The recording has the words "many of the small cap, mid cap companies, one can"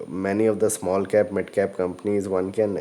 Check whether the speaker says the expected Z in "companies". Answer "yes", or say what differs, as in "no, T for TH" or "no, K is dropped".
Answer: yes